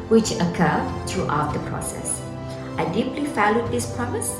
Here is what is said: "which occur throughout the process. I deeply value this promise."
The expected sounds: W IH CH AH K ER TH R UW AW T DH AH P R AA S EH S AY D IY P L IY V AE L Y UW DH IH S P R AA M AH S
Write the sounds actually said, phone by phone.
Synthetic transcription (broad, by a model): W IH CH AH K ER T R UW AW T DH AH P R AA S EH S AY D IY P L IY F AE L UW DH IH S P R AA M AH S